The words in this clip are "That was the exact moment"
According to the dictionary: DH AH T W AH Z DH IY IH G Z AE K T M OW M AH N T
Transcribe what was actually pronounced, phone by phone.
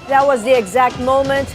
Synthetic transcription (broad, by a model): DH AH T W AH Z DH IY IH G Z AE K T M OW M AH N T